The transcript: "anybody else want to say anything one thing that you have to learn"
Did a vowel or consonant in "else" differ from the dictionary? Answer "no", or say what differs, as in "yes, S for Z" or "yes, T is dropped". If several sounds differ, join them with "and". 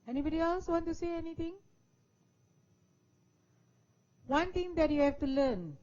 no